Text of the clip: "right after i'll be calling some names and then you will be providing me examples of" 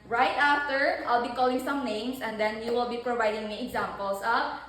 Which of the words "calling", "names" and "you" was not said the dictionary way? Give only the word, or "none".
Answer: names